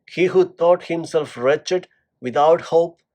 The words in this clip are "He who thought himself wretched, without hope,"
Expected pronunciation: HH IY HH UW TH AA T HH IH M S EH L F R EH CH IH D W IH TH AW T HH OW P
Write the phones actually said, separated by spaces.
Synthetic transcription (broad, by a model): HH IY HH UW T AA T HH IH M S EH L F R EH CH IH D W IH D AW T HH OW P